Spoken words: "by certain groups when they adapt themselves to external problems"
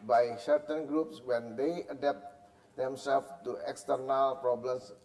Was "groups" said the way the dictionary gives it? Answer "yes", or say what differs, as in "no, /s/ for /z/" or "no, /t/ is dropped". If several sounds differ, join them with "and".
yes